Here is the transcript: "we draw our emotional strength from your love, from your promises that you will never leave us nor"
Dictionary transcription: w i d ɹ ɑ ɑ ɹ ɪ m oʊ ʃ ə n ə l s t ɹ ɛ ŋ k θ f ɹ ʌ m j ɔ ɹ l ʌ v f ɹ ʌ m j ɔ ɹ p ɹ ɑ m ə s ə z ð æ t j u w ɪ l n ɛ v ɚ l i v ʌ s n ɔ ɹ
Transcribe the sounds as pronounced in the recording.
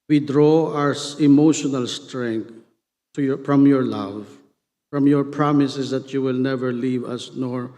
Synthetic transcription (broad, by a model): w i d ɹ ɑ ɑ ɹ ɪ m oʊ ʃ ə n ə l s t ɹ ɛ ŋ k t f ɹ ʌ m j ɔ ɹ l ʌ v f ɹ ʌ m j ɔ ɹ p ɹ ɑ m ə s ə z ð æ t j u w ɪ l n ɛ v ɚ l i v ʌ s n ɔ ɹ